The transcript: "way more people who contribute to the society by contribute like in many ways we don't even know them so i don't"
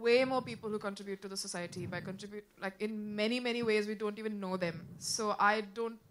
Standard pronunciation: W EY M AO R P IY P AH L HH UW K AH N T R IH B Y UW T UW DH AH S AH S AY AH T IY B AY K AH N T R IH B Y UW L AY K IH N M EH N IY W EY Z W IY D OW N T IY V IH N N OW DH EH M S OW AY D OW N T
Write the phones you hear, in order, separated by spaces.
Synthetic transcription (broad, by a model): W EY M AO R P IY P AH L HH UW K AH N T R IH B Y UW T UW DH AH S AH S AY AH T IY B AY K AH N T R IH B Y UW L AY K IH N M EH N IY W EY Z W IY D OW N T IY V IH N N OW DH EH M S OW AY D OW N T